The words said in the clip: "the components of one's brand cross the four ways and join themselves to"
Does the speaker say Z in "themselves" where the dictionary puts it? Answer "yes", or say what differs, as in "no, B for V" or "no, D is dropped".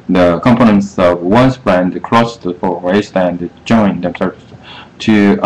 no, S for Z